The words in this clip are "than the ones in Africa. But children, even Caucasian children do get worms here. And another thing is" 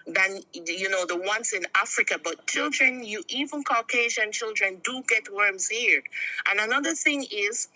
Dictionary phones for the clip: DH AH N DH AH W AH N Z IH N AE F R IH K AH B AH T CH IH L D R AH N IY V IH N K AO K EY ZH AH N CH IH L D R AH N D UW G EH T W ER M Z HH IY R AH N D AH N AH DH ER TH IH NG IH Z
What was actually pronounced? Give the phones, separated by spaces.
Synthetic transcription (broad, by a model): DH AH N DH AH W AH N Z IH N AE F R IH K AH B AH T CH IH L D R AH N IY V IH N K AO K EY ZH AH N CH IH L D R AH N D UW G EH T W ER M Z HH IY R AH N AH N AH DH ER TH IH NG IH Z